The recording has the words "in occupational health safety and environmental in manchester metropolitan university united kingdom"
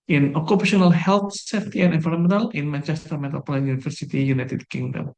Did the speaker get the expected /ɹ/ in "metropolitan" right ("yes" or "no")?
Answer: no